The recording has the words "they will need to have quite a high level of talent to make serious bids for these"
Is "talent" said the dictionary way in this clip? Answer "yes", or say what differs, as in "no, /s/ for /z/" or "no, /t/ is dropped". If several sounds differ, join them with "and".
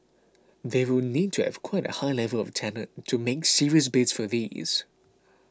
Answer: no, /n/ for /l/